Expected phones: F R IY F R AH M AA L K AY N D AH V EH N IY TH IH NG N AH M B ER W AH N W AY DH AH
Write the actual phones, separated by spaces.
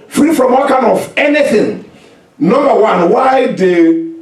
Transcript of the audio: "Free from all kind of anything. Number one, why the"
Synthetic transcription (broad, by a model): F R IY F R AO M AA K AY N AH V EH N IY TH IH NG N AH M B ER W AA N W AY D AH